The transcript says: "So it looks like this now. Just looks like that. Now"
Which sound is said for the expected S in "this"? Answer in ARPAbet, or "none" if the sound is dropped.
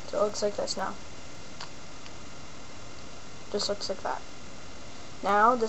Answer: S